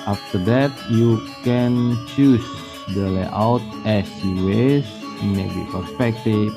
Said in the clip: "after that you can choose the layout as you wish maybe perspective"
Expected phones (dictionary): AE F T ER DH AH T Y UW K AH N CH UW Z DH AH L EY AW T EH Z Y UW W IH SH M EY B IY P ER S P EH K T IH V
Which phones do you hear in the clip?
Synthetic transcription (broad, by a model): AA F T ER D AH T Y UW K AH N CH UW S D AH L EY AW T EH S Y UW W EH S M EY B IY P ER S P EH K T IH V